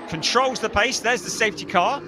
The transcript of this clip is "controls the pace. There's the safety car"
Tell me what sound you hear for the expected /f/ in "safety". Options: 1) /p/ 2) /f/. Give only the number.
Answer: 2